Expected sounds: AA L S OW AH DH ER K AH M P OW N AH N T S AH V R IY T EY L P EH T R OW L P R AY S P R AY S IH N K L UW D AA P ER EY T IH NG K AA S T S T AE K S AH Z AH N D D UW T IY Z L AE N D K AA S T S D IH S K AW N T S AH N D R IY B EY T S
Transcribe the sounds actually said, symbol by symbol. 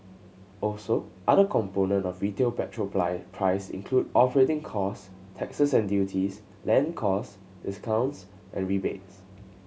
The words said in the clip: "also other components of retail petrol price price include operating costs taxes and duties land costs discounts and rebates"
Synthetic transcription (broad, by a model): AA L S OW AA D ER K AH M P OW N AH N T AH F R IY T EY L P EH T R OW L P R AY P R AY S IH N K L UW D AA P ER EY T IH NG K AA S S T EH K S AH S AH N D D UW T IY S L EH N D K AA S S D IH S K AW N T S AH N R IY B EY T S